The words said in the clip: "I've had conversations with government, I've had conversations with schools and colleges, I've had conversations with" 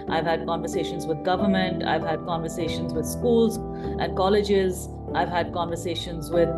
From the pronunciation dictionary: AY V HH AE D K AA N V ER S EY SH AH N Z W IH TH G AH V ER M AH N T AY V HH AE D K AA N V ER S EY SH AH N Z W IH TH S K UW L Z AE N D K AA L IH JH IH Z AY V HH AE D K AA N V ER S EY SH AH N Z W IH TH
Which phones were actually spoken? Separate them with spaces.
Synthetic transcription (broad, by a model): AY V HH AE D K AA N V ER S EY SH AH N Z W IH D G AH V ER M AH N T AY V HH AE D K AA N V ER S EY SH AH N Z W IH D S K UW L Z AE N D K AA L IH JH IH Z AY V HH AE D K AA N V ER S EY SH AH N Z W IH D